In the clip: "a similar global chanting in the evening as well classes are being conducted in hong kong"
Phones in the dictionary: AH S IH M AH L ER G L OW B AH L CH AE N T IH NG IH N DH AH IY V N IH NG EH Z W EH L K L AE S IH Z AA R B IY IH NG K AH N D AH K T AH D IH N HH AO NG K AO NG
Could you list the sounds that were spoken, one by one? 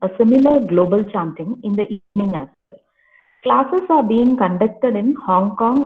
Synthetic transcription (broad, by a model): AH S IH M AH L ER G L OW B AH L CH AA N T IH NG IH N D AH IY V N IH NG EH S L K L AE S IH S AA R B IY IH NG K AH N D AH K T AH D IH N HH AO NG K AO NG